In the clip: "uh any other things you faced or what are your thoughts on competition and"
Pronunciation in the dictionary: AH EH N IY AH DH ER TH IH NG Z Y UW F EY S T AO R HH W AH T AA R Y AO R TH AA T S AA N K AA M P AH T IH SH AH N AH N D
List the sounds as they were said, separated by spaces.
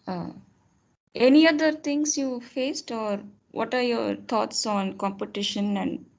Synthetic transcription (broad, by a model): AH EH N IY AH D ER T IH NG S Y UW F EY S T AO R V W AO T AA R Y AO R T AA T S AA N K AA M P AH T IH SH AH N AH N D